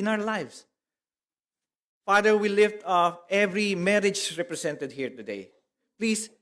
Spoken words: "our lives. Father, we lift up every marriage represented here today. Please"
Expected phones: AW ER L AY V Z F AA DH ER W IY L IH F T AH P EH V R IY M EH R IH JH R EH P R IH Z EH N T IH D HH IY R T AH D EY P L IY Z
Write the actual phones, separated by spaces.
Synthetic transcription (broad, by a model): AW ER L AY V S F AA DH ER W IY L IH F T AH F EH V R IY M EH R IH JH R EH P R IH S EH N T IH D HH IY R T AH D EY P L IY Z